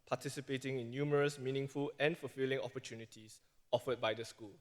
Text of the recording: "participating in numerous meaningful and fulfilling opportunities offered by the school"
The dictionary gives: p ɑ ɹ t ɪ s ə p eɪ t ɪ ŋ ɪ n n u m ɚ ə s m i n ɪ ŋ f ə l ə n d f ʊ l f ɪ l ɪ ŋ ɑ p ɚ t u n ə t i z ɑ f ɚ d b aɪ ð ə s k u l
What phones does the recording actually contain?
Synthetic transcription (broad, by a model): p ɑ t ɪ s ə p eɪ t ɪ ŋ ɪ n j u m ɚ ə s m i n ɪ ŋ f ə l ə n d f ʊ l f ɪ l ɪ ŋ ɑ p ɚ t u n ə t i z ɑ f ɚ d b aɪ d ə s k u l